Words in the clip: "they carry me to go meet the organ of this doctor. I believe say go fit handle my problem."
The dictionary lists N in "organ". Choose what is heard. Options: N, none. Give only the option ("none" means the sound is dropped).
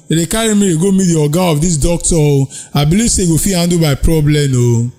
none